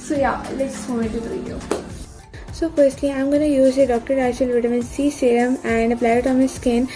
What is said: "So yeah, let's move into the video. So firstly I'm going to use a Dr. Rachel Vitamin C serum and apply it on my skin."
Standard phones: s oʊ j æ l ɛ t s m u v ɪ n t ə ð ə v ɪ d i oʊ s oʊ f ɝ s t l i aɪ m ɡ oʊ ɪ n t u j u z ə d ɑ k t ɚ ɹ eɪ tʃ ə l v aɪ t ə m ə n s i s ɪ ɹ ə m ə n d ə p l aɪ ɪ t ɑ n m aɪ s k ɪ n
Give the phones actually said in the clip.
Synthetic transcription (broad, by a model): s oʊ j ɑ l ɛ t s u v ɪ t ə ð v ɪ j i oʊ s oʊ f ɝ s t l i aɪ m ɡ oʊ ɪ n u j u z ə d ɑ k t ɚ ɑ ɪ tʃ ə l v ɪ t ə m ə n s i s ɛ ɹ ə m ə n d ə p l aɪ ɪ t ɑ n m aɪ s k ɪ n